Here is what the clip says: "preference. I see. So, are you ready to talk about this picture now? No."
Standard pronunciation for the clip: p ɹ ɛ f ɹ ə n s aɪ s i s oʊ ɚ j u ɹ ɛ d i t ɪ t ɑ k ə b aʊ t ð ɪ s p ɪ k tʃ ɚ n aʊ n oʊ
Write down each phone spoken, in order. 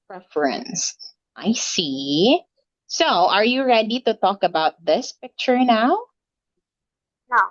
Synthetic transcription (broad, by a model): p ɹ ɛ f ɹ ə n s aɪ s i s oʊ ɚ j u ɹ ɛ d i t ɪ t ɑ k ə b aʊ t ð ɪ s p ɪ k tʃ ɚ n aʊ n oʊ